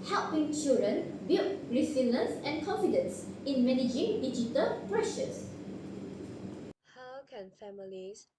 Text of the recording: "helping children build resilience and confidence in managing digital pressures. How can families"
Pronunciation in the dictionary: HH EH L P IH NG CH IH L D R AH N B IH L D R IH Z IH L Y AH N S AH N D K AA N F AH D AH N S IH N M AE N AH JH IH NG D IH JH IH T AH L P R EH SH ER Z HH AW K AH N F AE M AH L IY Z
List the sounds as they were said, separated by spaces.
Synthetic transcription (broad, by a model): HH EH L P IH NG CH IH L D R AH N B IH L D R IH S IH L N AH S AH N K AA N F AH D AH N S IH N M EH N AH JH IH NG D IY JH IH T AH L P R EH SH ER S HH AW K AH N F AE M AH L IY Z